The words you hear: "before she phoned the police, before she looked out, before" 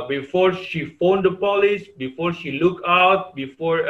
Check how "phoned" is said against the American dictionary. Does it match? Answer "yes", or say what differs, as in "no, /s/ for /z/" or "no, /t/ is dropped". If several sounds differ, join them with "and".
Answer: yes